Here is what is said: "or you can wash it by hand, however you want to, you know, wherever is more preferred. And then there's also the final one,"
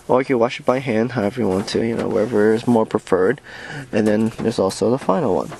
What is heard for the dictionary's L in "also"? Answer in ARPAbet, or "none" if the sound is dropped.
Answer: L